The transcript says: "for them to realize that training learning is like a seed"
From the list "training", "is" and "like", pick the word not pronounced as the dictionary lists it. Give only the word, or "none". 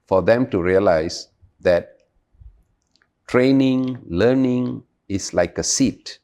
is